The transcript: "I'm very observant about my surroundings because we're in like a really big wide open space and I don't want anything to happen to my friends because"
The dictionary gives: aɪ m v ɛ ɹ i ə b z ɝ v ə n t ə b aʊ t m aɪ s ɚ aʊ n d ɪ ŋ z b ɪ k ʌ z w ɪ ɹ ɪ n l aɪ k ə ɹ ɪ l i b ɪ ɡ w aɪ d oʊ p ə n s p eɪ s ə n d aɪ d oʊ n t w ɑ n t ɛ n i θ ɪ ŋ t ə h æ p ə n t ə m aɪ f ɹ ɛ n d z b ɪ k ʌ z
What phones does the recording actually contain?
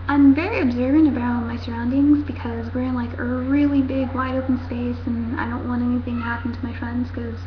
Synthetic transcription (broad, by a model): aɪ m v ɛ ɹ i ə b z ɝ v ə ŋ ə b aʊ t m aɪ s ɚ aʊ n d ɪ ŋ z b ɪ k ʌ z w ɪ ɹ ɪ n l aɪ k ə ɹ ɪ l i b ɪ ɡ w aɪ d oʊ p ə n s p eɪ s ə n aɪ d oʊ n t w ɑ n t ɛ n i θ ɪ ŋ h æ p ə n t ə m aɪ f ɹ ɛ n d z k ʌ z